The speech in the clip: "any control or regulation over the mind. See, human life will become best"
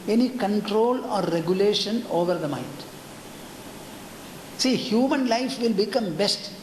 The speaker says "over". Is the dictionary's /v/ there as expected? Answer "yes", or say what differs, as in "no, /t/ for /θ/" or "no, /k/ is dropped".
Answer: yes